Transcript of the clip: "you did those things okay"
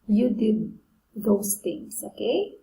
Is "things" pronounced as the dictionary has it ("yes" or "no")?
no